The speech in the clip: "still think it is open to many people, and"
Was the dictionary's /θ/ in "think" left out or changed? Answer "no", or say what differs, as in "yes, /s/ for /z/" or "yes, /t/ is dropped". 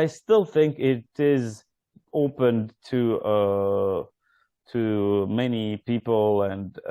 no